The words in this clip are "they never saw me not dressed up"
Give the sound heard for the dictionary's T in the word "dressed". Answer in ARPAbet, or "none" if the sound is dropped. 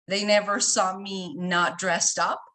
T